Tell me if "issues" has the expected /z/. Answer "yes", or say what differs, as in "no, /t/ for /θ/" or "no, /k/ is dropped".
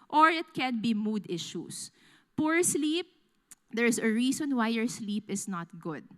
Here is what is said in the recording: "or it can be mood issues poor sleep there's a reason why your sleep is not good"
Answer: no, /s/ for /z/